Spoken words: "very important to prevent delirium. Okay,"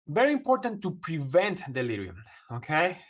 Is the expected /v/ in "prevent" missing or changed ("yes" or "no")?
no